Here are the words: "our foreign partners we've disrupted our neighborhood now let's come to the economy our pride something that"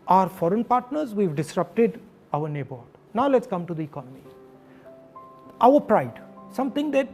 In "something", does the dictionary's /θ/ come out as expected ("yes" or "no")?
no